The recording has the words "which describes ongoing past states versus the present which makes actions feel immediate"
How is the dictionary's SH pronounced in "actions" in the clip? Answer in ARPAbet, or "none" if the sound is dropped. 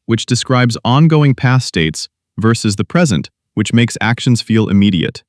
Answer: SH